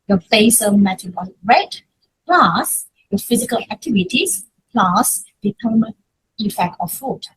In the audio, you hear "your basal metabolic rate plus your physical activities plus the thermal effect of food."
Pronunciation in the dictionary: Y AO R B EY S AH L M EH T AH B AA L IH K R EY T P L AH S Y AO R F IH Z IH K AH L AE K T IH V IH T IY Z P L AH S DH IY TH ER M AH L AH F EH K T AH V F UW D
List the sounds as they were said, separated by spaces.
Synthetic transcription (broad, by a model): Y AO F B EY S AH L M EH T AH AA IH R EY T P L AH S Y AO F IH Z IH K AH L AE K T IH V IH T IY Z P L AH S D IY T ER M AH N AH F EH K T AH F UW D